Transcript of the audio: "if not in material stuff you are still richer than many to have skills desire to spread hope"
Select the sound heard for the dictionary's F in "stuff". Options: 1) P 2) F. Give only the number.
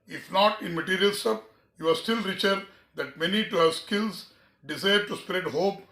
1